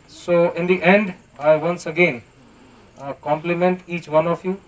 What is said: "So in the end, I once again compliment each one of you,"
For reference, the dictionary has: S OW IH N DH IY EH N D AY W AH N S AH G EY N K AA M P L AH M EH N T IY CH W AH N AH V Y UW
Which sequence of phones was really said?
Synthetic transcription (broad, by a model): S OW IH N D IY EH N D AY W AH N S AH G EY N K AA M P L AH M EH N T IY CH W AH N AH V Y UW